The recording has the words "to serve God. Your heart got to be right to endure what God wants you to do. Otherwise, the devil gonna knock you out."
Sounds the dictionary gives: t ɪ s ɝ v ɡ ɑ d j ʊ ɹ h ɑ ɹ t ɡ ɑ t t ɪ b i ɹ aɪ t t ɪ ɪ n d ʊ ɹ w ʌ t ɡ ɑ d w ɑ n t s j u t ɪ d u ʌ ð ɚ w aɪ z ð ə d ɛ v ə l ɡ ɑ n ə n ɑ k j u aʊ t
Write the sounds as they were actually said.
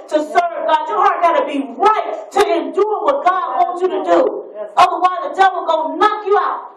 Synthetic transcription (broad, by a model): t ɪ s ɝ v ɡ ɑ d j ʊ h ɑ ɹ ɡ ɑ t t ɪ b i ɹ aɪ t t ɪ ɪ n d ʊ ɹ w ʌ t ɡ ɑ d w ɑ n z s j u t ɪ d u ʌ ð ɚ w aɪ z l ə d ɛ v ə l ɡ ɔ ə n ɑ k j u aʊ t